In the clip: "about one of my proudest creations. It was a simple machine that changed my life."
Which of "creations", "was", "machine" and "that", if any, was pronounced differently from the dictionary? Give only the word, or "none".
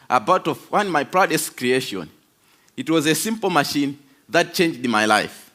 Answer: creations